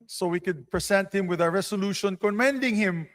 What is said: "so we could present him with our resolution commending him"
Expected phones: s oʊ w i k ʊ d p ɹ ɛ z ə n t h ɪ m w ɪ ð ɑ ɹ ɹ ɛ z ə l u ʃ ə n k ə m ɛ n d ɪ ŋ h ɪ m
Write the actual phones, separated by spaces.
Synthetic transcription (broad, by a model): s oʊ w i k ʊ d p ɹ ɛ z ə n t h ɪ m w ɪ ð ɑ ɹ ɹ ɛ s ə l u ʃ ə n k ə m ɛ n d ɪ ŋ h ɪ m